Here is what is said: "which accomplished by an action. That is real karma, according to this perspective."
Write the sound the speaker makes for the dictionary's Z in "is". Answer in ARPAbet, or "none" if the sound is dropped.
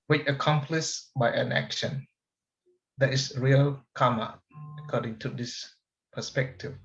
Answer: S